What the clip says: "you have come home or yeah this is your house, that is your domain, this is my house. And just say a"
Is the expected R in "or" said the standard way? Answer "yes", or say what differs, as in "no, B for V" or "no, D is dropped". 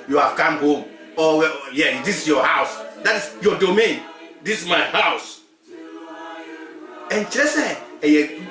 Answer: no, W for R